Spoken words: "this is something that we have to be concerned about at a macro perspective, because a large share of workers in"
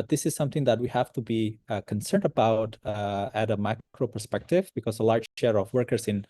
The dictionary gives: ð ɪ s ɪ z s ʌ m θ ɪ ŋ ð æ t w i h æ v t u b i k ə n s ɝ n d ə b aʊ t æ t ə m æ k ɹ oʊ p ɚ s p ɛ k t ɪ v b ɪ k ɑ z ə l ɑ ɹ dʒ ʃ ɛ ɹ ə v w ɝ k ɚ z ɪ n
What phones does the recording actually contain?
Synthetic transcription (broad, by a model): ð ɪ s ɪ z s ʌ m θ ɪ ŋ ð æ t w i h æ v t u b i k ə n s ɝ n d ə b aʊ t æ t ə m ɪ k ɹ oʊ p ɚ s p ɛ k t ɪ v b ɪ k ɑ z ə l ɑ ɹ dʒ ʃ ɛ ɹ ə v w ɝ k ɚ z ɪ n